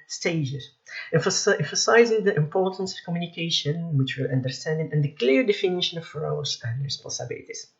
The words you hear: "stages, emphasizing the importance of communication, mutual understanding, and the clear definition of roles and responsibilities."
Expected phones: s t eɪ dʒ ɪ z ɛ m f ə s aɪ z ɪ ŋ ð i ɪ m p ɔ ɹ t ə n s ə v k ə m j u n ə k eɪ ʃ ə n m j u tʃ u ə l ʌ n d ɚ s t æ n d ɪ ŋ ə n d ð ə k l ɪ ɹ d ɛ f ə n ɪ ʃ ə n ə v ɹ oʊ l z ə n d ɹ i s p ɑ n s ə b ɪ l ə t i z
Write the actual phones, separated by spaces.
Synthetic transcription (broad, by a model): s t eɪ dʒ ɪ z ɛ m f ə s aɪ z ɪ ŋ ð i ɪ m p ɔ ɹ t ə n s ə v k ə m j u n ə k eɪ ʃ ə n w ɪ tʃ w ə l ʌ n d ɚ s t æ n d ɪ ŋ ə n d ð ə k l ɪ ɹ d ɛ f ə n ɪ ʃ ə n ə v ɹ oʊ z ə n d ɹ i s p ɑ n s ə b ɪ l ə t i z